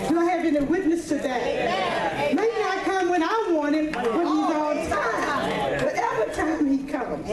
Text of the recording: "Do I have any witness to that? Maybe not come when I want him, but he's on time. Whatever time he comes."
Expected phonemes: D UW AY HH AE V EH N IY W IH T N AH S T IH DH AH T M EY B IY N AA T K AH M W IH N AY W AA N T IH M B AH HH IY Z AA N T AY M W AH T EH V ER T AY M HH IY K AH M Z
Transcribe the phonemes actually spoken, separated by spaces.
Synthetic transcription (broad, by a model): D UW AY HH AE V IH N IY W IH T N AH S T IH DH AH T M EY IY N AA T K AH M W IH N AY W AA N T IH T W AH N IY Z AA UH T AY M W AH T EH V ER T AY M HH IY K AH M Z